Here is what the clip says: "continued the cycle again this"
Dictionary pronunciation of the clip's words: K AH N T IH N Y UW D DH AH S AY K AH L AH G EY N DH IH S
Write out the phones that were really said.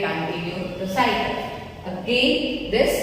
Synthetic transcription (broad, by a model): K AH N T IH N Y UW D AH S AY AH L AH G EY N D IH S